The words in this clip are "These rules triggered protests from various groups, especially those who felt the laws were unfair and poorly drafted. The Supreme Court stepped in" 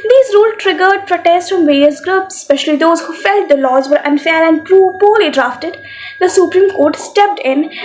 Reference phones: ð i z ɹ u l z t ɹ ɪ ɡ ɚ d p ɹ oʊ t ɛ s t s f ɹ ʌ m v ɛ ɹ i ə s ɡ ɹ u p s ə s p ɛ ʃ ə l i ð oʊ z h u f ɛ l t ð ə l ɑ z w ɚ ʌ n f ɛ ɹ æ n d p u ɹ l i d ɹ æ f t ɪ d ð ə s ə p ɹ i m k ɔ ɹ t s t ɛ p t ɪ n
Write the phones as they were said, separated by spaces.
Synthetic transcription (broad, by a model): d i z ɹ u l t ɹ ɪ ɡ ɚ d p ɹ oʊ t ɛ s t f ɹ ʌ m v ɛ ɹ i ə s ɡ ɹ u p s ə s p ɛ ʃ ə l i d oʊ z h u f ɛ l t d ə l ɑ z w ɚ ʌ n f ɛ ɹ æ n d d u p l i d ɹ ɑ f t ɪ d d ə s ə p ɹ i m k ɔ ɹ t s t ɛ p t ɪ n